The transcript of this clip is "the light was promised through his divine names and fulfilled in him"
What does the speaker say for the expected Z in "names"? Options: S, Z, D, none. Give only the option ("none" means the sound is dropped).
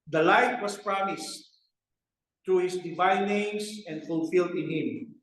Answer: S